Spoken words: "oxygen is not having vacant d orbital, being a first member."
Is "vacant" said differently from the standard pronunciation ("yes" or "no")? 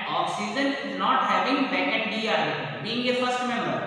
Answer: yes